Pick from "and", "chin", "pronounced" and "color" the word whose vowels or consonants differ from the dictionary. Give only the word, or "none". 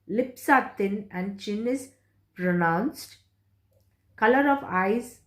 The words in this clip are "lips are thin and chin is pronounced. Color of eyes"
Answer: none